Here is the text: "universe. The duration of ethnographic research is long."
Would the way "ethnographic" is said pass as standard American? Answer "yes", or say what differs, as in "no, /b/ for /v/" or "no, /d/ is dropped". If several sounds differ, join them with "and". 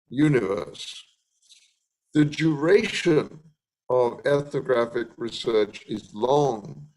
yes